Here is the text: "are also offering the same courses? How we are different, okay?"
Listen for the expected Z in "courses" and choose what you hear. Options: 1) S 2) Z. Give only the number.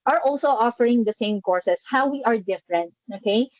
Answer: 1